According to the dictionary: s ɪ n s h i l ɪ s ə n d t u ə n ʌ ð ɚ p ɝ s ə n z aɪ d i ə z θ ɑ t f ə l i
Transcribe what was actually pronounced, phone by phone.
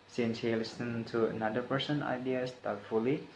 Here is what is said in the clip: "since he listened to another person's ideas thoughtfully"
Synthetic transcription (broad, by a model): s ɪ n s h i l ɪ s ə n t u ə n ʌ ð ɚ p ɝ s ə n aɪ d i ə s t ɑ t f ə l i